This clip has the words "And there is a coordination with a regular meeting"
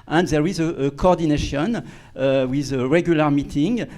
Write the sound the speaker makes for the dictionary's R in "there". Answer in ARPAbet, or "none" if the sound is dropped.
R